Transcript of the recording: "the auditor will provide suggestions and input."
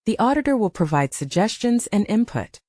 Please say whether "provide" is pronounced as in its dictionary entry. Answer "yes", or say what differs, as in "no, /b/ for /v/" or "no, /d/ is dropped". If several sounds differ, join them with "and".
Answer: yes